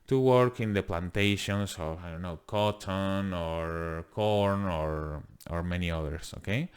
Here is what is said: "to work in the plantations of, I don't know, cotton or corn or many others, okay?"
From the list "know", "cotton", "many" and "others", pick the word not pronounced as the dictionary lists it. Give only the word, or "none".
others